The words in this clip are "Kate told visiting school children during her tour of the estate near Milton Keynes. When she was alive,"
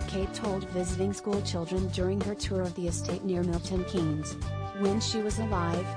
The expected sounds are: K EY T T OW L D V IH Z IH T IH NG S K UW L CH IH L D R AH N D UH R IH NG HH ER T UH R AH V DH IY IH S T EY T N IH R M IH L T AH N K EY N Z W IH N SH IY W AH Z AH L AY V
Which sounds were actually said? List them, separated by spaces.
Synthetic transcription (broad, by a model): K EY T T OW L D V IH Z IH T IH NG S K UW L CH IH L D R AH N D UH R IH NG ER T UH R AH V DH IY IH S T EY T N IH R M IH L T AH N K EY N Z W IH N SH IY W AH Z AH L AY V